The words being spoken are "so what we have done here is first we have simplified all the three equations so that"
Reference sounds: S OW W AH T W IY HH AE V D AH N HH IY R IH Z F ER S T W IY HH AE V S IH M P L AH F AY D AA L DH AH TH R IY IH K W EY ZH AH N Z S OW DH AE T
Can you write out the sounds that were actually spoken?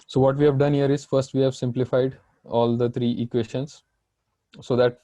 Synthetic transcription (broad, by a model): S OW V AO T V IY HH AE V D AH N HH IY R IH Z F ER S T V IY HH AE V S IH M P L AH F AY D AA L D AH T R IY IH K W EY SH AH N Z S OW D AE T